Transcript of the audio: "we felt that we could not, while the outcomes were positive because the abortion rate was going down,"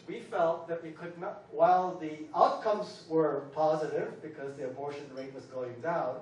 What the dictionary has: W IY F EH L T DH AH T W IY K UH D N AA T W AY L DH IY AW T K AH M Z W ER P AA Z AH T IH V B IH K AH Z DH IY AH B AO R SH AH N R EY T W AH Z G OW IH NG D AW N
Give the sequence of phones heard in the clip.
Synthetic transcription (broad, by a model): W IY F EH L T DH AH T W IY K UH D N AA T W AY L DH IY AW T K AH M Z W ER P AA Z AH T IH V B IH K AH Z DH IY AH B AO R SH AH N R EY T W AH Z G OW IH NG D AW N